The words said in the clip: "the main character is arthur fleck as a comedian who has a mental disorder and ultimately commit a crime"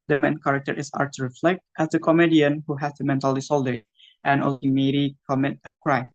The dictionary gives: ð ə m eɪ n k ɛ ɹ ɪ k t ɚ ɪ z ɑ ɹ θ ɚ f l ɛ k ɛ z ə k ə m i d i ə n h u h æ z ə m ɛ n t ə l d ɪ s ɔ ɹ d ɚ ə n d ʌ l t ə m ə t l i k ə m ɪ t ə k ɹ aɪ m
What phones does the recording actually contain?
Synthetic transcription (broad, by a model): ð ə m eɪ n k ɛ ɹ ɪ k t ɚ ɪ s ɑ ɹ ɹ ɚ f l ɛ k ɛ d ə k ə m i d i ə n h u h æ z ə m ɛ n t ə l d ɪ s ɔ l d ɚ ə n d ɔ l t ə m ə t i k ə m ɪ t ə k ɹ aɪ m